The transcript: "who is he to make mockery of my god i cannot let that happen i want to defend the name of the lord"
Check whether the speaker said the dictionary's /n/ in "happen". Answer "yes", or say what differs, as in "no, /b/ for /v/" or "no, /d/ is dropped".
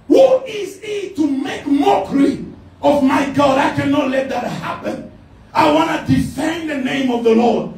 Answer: yes